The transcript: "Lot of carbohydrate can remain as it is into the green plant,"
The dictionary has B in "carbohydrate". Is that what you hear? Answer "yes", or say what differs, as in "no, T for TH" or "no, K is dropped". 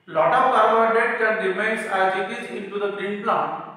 no, B is dropped